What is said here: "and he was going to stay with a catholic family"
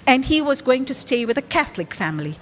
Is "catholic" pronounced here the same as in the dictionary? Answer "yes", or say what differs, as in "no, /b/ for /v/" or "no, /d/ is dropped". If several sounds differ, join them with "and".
yes